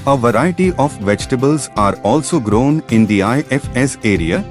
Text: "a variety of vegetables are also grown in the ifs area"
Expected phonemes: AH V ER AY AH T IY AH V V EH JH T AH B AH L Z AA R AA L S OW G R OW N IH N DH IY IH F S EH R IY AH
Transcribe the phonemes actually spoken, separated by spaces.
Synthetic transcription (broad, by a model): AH V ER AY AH T IY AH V V EH JH T AH B AH L Z AA R AA L S OW G R OW N IH N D IY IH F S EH R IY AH